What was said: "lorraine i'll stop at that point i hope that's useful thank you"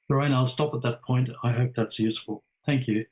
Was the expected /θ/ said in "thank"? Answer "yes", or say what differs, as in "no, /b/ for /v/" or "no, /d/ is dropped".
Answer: yes